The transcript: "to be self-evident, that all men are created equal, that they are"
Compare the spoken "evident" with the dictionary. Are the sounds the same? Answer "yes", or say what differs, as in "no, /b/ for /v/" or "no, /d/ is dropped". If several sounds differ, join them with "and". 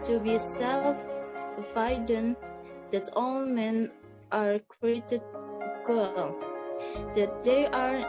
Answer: no, /v/ is dropped